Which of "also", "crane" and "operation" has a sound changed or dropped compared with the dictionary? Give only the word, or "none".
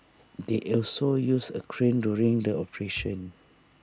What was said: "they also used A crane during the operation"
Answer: none